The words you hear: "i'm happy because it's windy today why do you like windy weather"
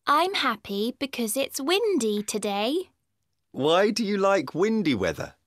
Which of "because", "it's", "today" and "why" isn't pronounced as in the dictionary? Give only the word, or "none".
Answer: none